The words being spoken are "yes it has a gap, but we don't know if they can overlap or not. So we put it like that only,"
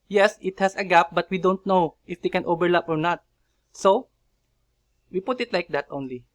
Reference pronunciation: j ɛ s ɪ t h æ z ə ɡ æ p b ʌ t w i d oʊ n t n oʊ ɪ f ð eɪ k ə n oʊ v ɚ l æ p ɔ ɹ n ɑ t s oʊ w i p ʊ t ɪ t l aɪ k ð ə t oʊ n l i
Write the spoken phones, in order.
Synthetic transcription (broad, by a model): j ɛ s ɪ t h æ s ə ɡ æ p b ʌ t w i d oʊ n t n oʊ ɪ f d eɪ k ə n oʊ b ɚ l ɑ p ɔ ɹ n ɑ t s oʊ w i p ʊ t ɪ t l aɪ k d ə t oʊ n l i